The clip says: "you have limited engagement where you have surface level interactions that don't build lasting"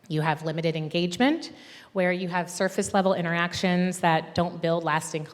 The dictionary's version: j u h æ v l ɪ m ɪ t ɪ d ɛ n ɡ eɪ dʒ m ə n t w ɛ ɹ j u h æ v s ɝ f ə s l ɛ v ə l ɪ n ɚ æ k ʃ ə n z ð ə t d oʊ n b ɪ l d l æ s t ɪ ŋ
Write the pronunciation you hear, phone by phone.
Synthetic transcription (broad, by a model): j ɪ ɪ v l ɪ m ɪ t ɪ d ɛ n ɡ eɪ dʒ m ə n t w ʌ ɹ j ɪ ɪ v s ɝ f ə s l ɛ v l ɪ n ɚ æ k ʃ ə n z ð ə t d oʊ n b ɪ l d l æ s t ɪ ŋ